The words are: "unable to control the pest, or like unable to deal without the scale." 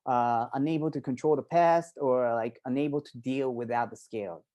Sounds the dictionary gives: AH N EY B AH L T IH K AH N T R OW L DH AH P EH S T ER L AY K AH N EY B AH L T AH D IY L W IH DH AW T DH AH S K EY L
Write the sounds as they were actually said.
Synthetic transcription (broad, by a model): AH N EY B L T IH K AH N T R OW L DH AH P EH S T ER L AY K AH N EY B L T AH D IY L W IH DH AW T DH AH S K EY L